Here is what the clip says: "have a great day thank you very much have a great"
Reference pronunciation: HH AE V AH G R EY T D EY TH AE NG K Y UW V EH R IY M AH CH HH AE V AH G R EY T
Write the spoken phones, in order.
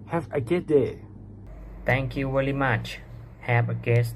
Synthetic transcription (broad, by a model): HH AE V AH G EY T D EY T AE NG K Y UW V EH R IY M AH CH HH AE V AH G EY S